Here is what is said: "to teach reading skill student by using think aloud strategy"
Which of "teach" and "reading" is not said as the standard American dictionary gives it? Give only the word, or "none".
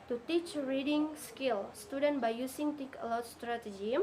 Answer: none